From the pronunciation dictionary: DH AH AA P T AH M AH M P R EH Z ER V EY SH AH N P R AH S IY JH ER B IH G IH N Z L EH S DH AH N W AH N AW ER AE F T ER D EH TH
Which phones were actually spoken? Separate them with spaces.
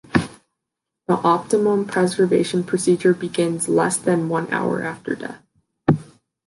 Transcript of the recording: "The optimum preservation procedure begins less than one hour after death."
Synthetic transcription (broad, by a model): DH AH AA P T AH M AH M P R EH Z ER V EY SH AH N P R AH S IY JH ER B IH G IH N Z L EH S DH AH N W AH N AW ER AE F T ER D EH TH